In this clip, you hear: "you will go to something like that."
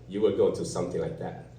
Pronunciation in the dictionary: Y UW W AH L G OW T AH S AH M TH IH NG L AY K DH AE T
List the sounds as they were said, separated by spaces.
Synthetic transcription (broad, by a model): Y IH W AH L G OW T AH S AH M TH IH NG L AY K DH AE T